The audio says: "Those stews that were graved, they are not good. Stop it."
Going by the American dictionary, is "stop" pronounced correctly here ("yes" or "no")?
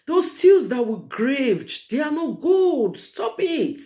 yes